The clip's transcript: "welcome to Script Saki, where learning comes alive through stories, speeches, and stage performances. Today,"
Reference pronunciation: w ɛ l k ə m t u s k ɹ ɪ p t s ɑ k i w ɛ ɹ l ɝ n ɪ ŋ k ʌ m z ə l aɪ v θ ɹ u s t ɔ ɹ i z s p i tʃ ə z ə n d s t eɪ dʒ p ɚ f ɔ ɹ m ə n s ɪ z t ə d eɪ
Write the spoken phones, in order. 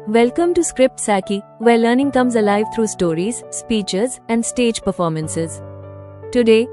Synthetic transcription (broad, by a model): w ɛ l k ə m t u s k ɹ ɪ p t s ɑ k i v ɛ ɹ l ɝ n ɪ ŋ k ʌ m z ə l aɪ v t ɹ u s t ɔ ɹ i z s p i tʃ ə z ə n d s t eɪ dʒ p ɚ f ɔ ɹ m ə n s ɪ z t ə d eɪ